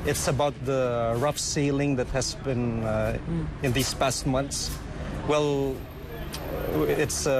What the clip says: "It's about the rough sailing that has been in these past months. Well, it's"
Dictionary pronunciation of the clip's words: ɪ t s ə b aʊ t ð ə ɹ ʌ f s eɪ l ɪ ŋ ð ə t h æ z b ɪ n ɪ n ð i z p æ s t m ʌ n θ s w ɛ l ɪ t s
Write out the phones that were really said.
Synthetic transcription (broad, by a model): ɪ t s ə b aʊ t ð ə ɹ ʌ f s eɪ l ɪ ŋ ð ə t h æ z b ɪ n ɪ n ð i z p æ s t m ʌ n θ s w ɛ l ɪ t s